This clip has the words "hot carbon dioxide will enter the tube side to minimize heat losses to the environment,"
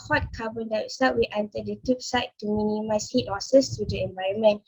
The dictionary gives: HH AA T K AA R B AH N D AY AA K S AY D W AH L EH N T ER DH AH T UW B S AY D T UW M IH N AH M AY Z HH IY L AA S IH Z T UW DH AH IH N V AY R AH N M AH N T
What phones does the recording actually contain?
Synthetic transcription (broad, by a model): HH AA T K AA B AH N D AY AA S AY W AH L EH N T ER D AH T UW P S AY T T UW M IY N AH M AY S HH IY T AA S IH S T UW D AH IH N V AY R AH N M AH N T